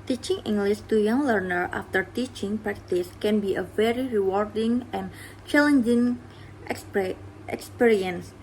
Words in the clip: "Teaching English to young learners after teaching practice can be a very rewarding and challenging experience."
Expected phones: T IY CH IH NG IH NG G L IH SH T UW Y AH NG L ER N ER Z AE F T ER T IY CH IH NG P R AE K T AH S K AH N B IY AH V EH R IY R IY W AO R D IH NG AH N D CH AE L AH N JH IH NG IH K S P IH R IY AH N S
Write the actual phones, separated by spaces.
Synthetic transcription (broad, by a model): T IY CH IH NG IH NG G L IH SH T UW Y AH NG L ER N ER AA F T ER T IY CH IH NG P R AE K T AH S K AH N B IY AH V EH R IY R IY W AO R D IH NG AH N CH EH L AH N JH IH NG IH K S P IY R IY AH N S